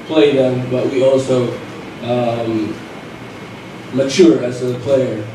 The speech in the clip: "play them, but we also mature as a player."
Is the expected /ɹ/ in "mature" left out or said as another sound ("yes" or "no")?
no